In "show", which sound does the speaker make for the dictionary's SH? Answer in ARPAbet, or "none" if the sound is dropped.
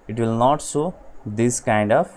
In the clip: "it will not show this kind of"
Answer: S